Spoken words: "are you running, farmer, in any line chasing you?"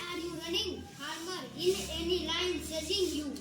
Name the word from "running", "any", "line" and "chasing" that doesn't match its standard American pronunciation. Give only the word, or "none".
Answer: chasing